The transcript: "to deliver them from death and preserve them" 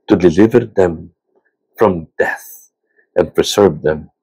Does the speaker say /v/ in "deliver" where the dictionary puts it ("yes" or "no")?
yes